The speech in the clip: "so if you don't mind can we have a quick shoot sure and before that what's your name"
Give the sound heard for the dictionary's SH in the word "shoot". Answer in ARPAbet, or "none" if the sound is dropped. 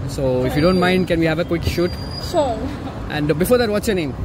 SH